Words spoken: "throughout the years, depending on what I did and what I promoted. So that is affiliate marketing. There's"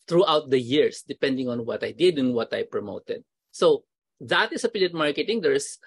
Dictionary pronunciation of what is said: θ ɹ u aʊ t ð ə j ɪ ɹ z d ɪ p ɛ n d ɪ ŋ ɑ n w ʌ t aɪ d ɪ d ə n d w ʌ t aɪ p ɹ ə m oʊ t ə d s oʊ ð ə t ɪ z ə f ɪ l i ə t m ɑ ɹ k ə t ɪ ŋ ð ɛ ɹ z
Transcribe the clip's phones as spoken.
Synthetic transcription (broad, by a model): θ ɹ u aʊ t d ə j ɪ ɹ s d ɪ p ɛ n d ɪ ŋ ɑ n w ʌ t aɪ d ɪ d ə n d w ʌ t aɪ p ɹ ə m oʊ t ə d s oʊ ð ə t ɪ s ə p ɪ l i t m ɑ ɹ k ə t ɪ ŋ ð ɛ ɹ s